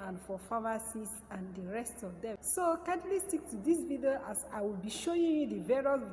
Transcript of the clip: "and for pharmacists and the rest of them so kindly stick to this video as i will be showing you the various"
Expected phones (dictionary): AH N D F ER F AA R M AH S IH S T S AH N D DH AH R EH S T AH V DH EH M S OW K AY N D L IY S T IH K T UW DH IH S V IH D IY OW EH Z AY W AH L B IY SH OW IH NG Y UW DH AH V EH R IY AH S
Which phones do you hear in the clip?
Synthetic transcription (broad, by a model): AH N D F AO F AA M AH S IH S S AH N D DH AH R EH S T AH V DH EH M S OW K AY D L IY S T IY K T UW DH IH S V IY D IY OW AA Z AY W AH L B IY SH OW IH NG Y UW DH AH V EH R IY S